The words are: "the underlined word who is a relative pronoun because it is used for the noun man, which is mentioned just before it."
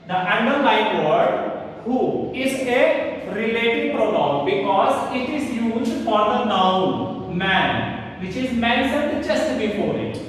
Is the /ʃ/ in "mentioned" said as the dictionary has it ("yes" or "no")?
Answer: no